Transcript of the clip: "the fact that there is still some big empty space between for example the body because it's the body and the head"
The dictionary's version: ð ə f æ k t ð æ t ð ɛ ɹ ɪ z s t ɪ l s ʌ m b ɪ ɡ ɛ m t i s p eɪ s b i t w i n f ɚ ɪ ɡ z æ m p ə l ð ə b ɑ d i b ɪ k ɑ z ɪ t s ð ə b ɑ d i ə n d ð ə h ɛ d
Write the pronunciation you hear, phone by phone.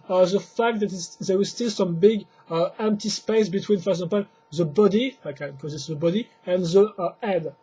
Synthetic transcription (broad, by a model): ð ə f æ k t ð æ t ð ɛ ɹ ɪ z s t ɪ l s ʌ m b ɪ ɡ ɛ m t i s p eɪ s b i t w i n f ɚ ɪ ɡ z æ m p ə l ð ə b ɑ d i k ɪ k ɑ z ɪ t s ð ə b ɑ d i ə n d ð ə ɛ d